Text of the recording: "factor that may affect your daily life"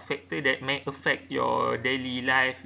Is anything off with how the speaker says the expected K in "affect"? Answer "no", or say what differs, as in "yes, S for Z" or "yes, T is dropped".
no